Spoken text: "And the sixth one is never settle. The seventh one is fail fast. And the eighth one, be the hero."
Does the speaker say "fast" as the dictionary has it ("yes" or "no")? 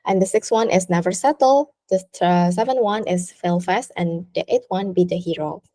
yes